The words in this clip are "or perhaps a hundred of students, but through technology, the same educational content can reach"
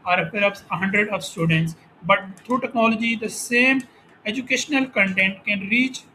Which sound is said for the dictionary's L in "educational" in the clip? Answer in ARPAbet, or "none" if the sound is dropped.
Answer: L